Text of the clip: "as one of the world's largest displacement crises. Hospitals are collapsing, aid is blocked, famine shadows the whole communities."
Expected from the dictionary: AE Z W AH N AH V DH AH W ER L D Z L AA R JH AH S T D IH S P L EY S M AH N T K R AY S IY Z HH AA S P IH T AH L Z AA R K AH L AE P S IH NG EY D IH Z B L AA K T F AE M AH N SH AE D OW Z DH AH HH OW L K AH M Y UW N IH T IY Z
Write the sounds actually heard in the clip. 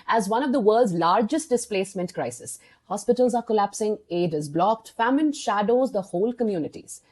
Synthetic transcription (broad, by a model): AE Z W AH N AH V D AH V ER L D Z L AA R JH AH S T D IH S P L EY S M AH N T K R AY S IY S HH AA S P IH T AH L Z AA R K AH L AE P S IH NG EY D IH Z B L AA K T F AE M AH N SH AE D OW Z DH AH HH OW L K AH M Y UW N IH T IY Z